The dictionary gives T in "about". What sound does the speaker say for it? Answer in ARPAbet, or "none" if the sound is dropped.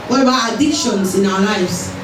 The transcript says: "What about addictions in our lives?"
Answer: none